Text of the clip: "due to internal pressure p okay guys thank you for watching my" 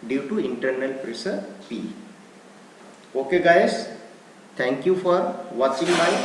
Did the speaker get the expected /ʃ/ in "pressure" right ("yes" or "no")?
no